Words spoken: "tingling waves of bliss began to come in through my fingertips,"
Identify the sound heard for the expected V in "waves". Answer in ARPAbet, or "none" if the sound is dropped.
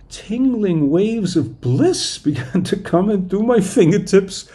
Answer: V